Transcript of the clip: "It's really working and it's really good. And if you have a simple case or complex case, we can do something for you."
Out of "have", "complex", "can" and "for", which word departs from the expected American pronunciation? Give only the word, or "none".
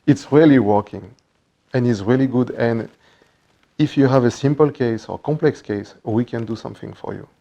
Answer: none